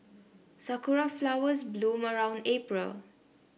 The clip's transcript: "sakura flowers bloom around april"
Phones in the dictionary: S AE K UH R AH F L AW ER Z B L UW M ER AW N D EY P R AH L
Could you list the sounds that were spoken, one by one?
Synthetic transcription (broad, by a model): S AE K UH R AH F L AW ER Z B L UW M ER AW N D EY P R AH L